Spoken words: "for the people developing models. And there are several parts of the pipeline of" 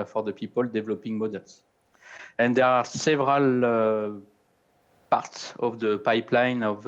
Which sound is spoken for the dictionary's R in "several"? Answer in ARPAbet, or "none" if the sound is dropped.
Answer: R